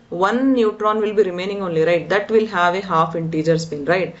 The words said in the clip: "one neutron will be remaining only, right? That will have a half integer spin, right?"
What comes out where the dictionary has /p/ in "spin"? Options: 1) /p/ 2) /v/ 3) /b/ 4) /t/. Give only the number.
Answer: 3